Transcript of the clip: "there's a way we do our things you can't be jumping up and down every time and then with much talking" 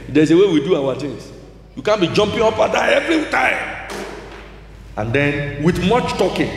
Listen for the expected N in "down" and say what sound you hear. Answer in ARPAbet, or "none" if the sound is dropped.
none